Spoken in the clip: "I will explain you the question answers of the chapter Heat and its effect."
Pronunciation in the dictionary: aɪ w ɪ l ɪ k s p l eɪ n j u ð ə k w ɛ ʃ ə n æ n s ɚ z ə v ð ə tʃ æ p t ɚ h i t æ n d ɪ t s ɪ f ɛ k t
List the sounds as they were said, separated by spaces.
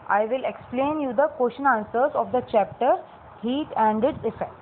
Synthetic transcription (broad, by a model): aɪ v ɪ l ɪ k s p l eɪ n j u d ə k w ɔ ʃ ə n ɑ n s ɚ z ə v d ə tʃ æ p t ɚ h i t æ n d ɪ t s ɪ f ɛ k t